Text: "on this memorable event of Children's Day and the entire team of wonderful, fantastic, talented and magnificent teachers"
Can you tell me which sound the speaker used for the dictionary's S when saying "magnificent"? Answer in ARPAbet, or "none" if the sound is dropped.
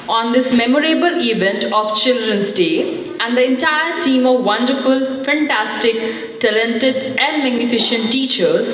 SH